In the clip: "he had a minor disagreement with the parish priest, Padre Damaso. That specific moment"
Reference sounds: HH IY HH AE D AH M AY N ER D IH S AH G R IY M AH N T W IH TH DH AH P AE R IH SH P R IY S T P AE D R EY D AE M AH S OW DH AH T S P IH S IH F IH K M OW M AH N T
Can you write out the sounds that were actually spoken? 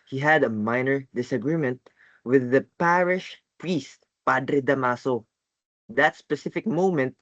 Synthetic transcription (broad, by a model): HH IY HH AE D AH M AY N ER D IH S AH G R IY M AH N T W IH DH AH P AE R IH SH P R IY S T P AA D R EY D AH M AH S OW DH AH T S P IH S IH F IH K M OW M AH N T